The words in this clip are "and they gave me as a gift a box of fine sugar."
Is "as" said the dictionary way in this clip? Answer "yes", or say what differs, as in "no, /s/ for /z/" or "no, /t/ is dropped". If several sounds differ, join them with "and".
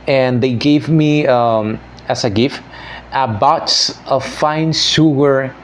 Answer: no, /s/ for /z/